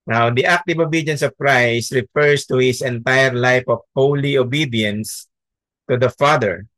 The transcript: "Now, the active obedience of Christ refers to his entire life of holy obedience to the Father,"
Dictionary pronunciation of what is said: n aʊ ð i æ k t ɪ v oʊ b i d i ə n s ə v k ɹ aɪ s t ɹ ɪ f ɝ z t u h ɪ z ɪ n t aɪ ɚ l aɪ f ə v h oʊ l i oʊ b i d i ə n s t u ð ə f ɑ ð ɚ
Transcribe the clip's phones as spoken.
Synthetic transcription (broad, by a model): n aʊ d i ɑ k t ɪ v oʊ b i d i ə n s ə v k ɹ aɪ s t ɹ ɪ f ɝ s t u h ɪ s ɪ n t aɪ ɚ l aɪ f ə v h oʊ l i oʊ b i d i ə n s t u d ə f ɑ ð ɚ